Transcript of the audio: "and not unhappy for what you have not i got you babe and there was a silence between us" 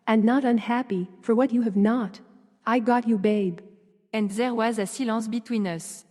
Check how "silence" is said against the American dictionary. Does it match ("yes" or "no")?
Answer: no